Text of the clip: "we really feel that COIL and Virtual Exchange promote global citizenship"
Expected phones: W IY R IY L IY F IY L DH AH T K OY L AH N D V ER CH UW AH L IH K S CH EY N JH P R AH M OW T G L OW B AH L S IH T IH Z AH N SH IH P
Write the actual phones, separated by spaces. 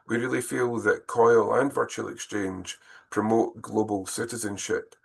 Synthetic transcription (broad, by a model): W IY R IY L IY F IY L DH AH T K OY L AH N V ER CH UW AH L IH K S CH EY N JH P R AH M OW T G L OW B AH L S IH T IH Z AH N SH IH P